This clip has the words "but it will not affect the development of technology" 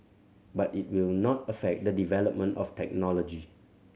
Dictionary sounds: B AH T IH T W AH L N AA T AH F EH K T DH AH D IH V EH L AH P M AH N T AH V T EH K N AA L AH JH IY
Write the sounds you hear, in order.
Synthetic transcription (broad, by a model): B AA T IH T W AH L N AA T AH F EH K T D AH D IH V EH L AH P M AH N T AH F T EH K N AA L AH JH IY